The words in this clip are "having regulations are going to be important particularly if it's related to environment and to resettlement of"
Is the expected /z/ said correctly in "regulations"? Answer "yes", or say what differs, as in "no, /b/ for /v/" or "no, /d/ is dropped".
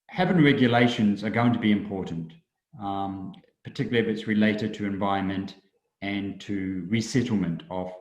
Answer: yes